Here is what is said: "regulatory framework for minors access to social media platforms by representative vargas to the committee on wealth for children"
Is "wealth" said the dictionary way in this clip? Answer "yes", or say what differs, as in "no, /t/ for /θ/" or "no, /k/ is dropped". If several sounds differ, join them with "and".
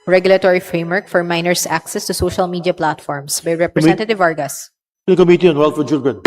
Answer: no, /t/ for /θ/